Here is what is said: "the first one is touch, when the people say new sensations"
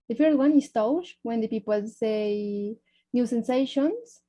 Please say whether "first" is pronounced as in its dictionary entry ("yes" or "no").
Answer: no